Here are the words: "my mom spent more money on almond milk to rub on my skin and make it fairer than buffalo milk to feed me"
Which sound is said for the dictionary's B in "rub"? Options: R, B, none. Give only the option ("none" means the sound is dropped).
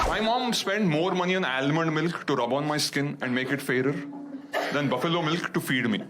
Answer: B